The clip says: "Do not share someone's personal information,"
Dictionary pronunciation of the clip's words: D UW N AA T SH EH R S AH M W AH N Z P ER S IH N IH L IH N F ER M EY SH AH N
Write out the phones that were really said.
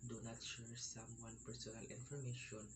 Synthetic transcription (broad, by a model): D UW N AA T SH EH R S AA M W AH N P ER S IH N IH L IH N F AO M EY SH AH N